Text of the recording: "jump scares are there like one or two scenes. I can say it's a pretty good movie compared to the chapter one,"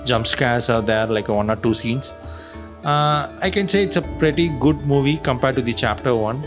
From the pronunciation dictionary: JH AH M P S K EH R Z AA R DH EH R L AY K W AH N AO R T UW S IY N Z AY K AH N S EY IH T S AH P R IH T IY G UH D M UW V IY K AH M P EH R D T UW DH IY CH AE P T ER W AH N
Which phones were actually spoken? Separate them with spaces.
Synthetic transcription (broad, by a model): JH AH M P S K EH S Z AA R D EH R L AY K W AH N AO R T UW S IY N S AY K AH N S EY IH T S AH P R IH T IY G UH D M UW V IY K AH M P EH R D T UW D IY CH AE P T ER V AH N